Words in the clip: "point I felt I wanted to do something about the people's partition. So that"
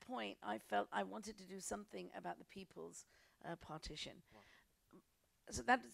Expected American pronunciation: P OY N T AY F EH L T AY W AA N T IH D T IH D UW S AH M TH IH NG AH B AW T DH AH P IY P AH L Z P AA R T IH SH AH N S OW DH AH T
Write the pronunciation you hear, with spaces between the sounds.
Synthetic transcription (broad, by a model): P OY N T AY F EH L T AY W AA N T IH D T IH D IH S AH M TH IH NG AH B AW T DH AH P IY P AH L Z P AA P T IH SH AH N S OW DH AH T